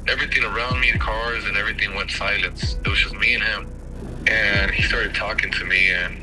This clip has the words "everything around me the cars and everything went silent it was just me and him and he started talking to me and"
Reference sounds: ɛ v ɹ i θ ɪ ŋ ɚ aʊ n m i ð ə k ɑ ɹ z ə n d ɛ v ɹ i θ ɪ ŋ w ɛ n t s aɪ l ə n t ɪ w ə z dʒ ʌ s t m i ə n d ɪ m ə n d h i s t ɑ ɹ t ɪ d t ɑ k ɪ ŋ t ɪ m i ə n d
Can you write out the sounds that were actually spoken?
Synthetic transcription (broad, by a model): ɛ v ɹ i θ ɪ ŋ ɚ aʊ n m i ð ə k ɑ ɹ z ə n ɛ v ɹ i θ ɪ ŋ w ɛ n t s aɪ l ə n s ɪ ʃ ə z m i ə n ɪ m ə n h i s t ɑ ɹ t ɪ d t ɑ k ɪ ŋ t ɪ m i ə n